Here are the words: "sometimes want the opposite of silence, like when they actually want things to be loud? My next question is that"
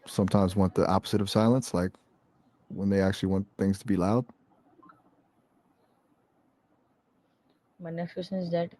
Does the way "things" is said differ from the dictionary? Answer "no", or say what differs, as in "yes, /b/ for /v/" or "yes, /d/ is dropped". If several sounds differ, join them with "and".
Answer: no